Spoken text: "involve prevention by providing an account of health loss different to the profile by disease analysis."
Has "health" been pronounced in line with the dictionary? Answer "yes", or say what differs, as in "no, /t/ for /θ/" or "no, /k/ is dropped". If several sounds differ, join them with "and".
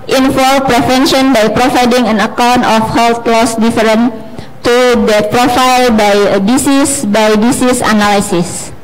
no, /t/ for /θ/